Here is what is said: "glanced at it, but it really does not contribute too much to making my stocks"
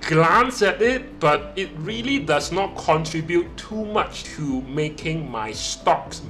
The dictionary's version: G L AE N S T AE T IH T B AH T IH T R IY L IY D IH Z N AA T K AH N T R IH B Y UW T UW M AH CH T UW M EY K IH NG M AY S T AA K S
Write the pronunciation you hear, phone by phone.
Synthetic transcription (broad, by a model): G L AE N S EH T IH T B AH T IH T R IY L IY D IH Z N AA T K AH N T R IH B Y UW T UW M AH CH T UW M EY K IH NG M AY S T AA K S